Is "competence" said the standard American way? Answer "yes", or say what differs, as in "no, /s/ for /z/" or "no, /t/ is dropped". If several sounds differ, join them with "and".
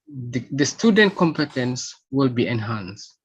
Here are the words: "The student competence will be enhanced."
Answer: yes